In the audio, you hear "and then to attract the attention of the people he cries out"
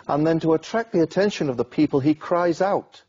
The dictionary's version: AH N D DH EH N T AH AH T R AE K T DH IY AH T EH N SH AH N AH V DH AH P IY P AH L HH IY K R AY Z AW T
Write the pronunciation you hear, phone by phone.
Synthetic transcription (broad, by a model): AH N DH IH N T AH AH T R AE K DH IY AH T EH N SH AH N AH V DH AH P IY P AH L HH IY K R AY Z AW T